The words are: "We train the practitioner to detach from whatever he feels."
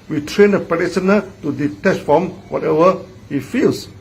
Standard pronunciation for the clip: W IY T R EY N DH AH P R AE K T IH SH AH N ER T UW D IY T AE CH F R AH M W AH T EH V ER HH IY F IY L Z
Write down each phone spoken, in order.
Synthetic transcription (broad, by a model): W IY T R EY N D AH P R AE T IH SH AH N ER T UW D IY T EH CH F R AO M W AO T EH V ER HH IY F IY L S